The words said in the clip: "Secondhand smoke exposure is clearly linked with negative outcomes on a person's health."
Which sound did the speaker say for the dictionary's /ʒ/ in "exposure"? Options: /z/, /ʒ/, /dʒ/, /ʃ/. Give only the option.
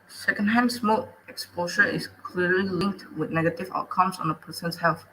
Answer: /ʃ/